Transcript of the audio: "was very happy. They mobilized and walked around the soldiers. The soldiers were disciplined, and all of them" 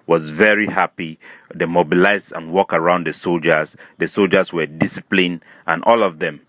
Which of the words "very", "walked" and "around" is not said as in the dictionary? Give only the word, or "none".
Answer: walked